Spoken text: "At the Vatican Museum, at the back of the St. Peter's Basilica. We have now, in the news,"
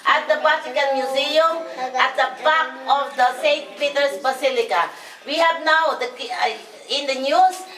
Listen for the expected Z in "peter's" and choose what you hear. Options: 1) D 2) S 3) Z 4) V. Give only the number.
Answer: 2